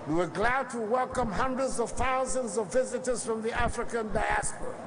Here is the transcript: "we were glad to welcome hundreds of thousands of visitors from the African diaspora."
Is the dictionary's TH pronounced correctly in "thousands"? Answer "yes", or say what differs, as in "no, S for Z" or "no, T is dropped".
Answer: yes